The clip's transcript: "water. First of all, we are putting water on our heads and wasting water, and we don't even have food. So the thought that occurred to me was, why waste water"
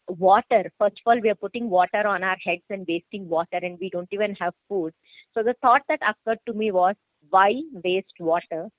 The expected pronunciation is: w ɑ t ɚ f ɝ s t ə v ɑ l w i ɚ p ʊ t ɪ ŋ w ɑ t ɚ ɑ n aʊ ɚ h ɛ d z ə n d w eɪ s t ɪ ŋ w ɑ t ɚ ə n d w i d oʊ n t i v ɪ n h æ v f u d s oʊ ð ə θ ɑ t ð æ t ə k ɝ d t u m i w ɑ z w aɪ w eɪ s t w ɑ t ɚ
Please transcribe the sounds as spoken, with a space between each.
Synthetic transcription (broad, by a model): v ɑ t ɚ f ɝ s t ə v ɑ l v i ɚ p ʊ t ɪ ŋ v ɑ t ɚ ɑ n aʊ ɚ h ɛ d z ə n d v eɪ s t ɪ ŋ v ɑ t ɚ ə n d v i d oʊ n t i v ɪ n h æ v f u d s oʊ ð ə t ɑ t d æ t ə k ɝ d t u m i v ɑ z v aɪ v eɪ s t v ɑ t ɚ